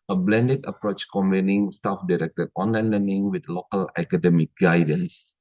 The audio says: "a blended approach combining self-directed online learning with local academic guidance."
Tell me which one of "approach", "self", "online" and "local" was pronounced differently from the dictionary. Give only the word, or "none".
self